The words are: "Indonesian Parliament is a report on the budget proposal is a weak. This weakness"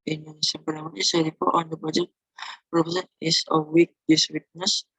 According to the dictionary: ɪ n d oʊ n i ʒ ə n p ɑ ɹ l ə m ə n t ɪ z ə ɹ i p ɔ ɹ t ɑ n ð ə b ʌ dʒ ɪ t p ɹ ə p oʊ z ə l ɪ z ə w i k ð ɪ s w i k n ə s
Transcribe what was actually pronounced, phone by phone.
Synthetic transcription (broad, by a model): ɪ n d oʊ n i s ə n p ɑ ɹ ə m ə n ɪ s ə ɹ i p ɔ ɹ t ɑ n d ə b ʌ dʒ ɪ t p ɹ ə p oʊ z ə n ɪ s ə w i k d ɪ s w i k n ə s